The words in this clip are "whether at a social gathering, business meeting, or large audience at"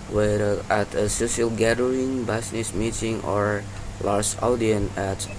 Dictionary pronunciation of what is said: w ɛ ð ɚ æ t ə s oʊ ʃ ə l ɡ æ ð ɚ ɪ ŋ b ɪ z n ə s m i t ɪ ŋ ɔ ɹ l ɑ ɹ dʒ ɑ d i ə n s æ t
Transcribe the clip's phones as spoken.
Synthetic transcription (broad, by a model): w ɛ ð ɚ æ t ə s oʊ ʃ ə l ɡ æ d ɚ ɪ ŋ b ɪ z n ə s m i t ɪ ŋ ɔ ɹ l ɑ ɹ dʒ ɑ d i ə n æ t